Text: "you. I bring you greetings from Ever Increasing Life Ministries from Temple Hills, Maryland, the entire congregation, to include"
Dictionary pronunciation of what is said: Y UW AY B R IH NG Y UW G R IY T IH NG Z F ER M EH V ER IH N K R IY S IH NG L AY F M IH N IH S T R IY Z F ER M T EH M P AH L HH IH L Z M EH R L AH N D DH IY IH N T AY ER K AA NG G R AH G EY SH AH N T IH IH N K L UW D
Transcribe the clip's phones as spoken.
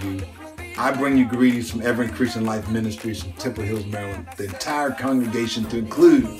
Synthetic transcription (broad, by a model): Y AY B R IH NG Y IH G R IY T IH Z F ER M EH V ER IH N K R IY S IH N L AY F M IH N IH S T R IY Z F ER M T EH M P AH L HH IH L Z M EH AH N DH IY IH N T AY ER K AA NG G R AH G EY SH AH N T IH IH N K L UW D